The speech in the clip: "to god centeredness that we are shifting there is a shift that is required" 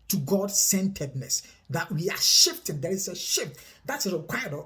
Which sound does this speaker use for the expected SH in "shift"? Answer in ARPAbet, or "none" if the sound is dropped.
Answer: SH